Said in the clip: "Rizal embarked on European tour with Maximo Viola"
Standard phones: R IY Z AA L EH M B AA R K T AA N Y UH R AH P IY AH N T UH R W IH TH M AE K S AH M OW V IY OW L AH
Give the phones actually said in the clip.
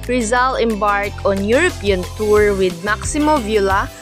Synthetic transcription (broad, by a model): R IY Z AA L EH M B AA R K AA N Y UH R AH P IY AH N T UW R W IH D M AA K S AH M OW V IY L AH